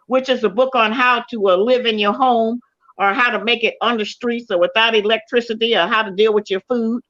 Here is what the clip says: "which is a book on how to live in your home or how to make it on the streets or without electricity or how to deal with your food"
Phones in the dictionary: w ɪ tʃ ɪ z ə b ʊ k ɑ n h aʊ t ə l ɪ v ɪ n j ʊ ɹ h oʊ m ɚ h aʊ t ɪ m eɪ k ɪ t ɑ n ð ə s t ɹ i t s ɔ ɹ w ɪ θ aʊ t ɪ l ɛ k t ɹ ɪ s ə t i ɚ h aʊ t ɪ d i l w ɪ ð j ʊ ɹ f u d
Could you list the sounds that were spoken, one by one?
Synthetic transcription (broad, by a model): w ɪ tʃ ɪ z ə b ʊ k n h aʊ t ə l ɪ v ɪ n j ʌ ɹ h oʊ m ɚ h aʊ t ɪ m eɪ k ɪ t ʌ n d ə s t ɹ i t s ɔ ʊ w ɪ θ aʊ t ɪ l ɛ k t ɹ ɪ s ə t i ɚ h aʊ t ɪ d i l w ɪ ð j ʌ ɹ f u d